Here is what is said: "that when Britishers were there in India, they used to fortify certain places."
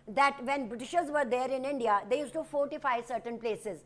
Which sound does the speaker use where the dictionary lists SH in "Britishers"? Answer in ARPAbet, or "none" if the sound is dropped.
SH